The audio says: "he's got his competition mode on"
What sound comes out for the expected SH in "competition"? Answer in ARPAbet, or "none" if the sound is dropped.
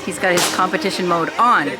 SH